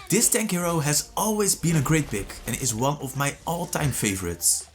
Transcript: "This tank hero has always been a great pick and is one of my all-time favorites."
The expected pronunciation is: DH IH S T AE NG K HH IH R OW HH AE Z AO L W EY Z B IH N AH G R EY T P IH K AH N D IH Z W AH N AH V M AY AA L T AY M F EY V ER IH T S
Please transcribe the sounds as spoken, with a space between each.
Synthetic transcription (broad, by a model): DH IH S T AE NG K HH IH R OW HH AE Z AO L W EY Z B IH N AH G R EY T B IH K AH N IH Z W AH N AH V M AY AA L T AY M F EY V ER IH T S